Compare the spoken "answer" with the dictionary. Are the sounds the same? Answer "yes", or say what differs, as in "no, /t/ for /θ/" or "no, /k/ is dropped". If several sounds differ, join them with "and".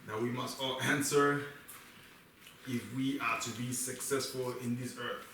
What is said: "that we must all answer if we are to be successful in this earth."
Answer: yes